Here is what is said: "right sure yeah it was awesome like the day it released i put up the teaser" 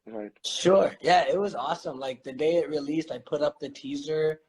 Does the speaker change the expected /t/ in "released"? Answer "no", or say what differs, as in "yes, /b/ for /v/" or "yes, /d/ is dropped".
no